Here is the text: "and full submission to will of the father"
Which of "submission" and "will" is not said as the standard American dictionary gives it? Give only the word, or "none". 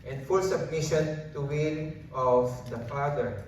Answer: will